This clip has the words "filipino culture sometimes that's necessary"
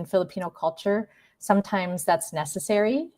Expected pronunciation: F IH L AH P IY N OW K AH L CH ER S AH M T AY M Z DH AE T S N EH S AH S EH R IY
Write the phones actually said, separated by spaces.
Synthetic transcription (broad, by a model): F IH L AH P IY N OW K AH L CH ER S AH M T AY M Z DH AE T S N EH S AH S EH R IY